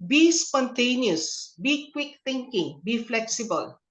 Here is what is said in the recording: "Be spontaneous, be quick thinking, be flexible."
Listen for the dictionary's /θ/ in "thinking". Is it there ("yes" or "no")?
no